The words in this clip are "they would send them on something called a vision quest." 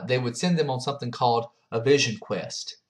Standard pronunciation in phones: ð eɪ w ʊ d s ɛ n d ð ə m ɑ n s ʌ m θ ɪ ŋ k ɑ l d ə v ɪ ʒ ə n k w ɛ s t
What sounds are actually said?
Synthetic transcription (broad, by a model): ð eɪ w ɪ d s ɛ n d ð ə m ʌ n s ʌ m θ ɪ ŋ k ɑ l d ə v ɪ ʒ ə n k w ɛ s t